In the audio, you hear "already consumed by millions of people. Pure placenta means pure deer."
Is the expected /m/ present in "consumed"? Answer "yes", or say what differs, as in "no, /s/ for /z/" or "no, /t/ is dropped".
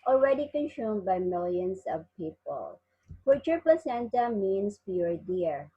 yes